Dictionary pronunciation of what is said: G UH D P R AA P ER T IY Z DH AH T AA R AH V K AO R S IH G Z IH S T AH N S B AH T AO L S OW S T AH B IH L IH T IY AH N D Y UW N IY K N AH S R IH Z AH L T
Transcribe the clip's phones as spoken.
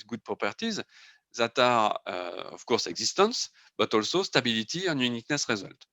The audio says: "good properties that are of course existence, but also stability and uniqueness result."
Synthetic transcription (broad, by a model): G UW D P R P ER T IY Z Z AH T AA R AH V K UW R S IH G Z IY S T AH S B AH T AO L S OW S T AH B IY L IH T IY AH N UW N IY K N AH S R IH Z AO L T